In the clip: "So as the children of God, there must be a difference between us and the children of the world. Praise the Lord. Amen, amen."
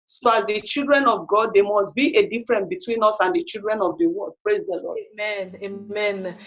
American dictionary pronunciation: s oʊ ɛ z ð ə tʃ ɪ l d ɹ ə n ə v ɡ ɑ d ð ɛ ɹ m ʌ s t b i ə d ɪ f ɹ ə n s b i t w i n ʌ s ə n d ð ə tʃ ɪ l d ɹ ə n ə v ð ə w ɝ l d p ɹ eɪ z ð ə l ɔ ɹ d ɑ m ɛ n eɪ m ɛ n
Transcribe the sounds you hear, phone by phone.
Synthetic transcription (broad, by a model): s oʊ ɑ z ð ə tʃ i l d ɹ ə n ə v ɡ ɑ d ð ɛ m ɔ s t b i ə d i f ɹ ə n b i t w i n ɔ s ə n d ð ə tʃ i l d ɹ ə n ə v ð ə w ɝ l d p ɹ eɪ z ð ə l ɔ ɑ m ɛ n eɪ m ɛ n